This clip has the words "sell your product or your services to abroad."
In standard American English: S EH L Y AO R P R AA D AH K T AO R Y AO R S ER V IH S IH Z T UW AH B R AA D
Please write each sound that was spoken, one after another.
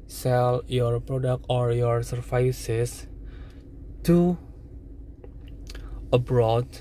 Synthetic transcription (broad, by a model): S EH L Y AO R P R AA D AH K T AO R Y AO R S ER F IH S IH S T UW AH B R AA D